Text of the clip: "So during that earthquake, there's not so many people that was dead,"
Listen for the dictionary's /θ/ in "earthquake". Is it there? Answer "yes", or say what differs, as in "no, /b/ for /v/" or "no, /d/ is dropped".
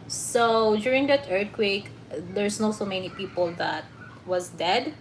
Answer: no, /t/ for /θ/